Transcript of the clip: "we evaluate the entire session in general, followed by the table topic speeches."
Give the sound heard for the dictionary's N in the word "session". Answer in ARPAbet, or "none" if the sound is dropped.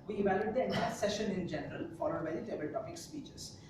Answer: N